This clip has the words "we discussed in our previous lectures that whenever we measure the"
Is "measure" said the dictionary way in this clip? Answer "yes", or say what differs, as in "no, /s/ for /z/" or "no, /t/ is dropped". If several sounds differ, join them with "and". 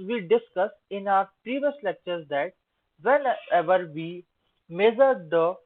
no, /z/ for /ʒ/